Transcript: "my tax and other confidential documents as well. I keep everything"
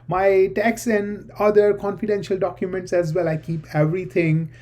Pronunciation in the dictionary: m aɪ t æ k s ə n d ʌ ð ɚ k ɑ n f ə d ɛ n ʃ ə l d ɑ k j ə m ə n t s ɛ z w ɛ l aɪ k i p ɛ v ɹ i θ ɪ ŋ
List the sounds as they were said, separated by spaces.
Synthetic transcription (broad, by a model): m aɪ t æ k s ə n d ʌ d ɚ k ɑ n f ə d ɛ n ʃ ə l d ɑ k j ə m ə n t s ɛ z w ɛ l aɪ k i p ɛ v ɹ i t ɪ ŋ